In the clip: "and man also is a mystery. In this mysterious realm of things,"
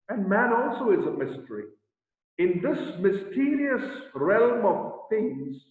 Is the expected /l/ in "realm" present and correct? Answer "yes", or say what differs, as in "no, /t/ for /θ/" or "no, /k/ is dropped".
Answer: yes